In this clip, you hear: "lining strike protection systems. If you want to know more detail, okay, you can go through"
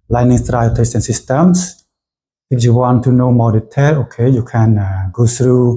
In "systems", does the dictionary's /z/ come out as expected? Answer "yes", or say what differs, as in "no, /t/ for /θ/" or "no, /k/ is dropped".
no, /s/ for /z/